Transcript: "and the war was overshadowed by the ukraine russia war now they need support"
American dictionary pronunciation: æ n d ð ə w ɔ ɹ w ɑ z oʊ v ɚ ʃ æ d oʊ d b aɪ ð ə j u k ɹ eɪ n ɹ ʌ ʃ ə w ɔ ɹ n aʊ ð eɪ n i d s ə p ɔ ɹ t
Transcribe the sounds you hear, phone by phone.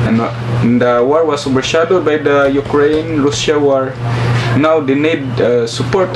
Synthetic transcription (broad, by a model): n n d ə w ɔ ɹ w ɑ s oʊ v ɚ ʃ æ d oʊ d b aɪ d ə j u k ɹ eɪ n ɹ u s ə w ɔ ɹ n aʊ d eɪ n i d s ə p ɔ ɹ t